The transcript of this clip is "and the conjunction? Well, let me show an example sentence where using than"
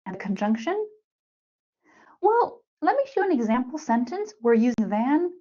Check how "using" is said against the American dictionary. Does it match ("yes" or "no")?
yes